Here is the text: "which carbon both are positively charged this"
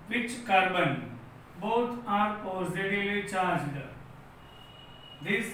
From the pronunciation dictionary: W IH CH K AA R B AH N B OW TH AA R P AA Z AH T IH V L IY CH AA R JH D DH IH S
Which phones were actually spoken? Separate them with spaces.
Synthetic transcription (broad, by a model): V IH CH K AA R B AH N B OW T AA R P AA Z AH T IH L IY CH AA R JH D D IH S